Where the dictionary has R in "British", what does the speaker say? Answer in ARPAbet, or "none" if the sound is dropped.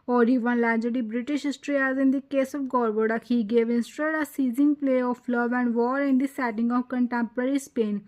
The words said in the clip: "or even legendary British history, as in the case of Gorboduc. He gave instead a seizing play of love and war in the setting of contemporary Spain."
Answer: R